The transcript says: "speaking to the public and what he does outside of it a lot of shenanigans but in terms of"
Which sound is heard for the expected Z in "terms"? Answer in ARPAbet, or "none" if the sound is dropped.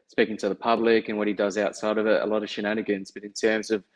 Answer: Z